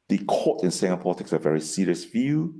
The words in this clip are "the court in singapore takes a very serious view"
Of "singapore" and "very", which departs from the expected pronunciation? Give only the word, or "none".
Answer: singapore